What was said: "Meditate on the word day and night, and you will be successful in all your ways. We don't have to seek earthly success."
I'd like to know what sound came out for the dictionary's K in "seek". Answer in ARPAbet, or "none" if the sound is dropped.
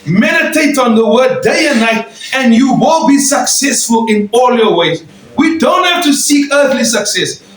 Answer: K